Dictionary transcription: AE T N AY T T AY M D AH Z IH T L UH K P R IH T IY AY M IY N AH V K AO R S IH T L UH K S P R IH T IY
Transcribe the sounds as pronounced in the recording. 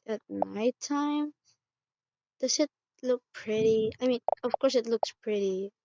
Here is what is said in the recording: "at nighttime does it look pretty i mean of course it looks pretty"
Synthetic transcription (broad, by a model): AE T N AY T T AY M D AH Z IH T L UH K P R IH T IY AY M IY N AH V K AO R S IH T L UH K S P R IH T IY